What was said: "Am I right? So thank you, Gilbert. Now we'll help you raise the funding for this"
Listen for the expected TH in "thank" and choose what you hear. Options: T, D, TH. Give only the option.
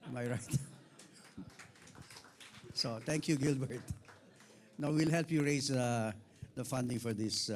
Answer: T